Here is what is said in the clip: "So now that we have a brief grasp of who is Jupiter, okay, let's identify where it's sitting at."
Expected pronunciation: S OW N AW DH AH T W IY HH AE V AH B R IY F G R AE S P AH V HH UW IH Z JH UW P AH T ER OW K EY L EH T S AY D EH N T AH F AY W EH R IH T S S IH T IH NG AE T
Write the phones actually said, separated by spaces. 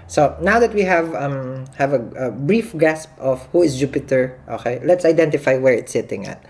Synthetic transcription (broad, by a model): S OW N AW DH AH T W IY HH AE V AH B R IY F G AE S P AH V HH UW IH S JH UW P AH T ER OW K EY L EH T S AY D EH N T AH F AY W EH R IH T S S IH T IH NG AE T